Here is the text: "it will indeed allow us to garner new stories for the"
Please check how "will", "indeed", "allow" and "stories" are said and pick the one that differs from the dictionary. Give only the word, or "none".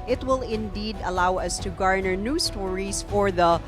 stories